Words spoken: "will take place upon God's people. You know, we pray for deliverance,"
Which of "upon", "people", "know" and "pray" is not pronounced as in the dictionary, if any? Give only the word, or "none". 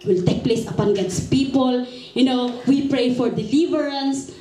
none